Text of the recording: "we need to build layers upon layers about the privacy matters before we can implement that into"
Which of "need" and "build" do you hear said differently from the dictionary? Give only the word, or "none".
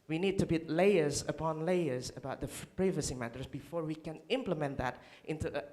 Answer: build